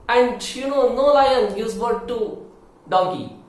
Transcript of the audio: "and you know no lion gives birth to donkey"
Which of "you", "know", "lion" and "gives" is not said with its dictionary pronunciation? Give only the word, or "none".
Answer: gives